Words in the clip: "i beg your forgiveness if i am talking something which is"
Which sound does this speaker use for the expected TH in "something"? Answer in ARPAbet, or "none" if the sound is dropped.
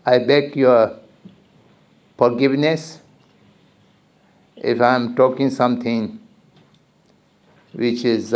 T